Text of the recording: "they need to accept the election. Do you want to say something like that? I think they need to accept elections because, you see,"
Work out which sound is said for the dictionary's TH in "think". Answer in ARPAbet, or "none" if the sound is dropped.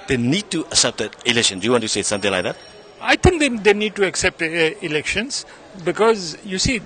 T